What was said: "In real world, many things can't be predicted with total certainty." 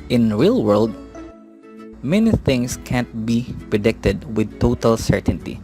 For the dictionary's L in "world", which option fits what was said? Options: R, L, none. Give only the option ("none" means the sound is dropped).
L